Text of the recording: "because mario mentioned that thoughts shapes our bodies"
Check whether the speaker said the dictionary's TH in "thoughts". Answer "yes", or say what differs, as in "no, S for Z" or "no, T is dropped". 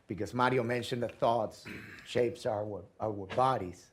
yes